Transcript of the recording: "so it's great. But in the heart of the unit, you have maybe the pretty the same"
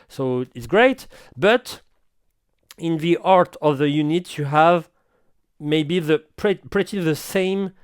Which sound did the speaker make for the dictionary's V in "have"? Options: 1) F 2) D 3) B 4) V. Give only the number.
4